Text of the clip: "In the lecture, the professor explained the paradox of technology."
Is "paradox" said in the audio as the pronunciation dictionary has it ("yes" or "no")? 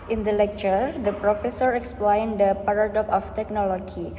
no